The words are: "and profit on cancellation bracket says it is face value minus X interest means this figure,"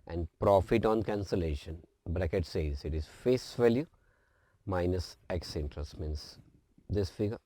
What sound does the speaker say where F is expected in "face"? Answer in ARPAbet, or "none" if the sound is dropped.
F